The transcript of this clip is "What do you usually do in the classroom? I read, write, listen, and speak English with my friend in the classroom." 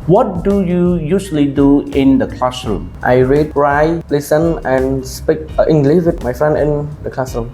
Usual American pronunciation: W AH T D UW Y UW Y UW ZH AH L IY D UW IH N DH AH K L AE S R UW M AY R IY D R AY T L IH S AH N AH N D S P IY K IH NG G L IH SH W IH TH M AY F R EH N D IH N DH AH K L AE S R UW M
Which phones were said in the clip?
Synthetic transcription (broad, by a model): W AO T D UW Y UW Y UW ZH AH L IY D UW IH N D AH K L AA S R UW M AY R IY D R AY L IH S AH N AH N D S P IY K IH NG G L IH SH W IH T M AY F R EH N IH N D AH K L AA S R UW M